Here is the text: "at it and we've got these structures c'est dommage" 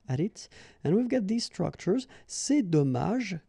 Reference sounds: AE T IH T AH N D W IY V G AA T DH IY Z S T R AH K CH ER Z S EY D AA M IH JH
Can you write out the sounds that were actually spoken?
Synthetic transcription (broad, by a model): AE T IH T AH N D W IY V G AA T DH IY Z S T R AH K CH ER Z S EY D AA M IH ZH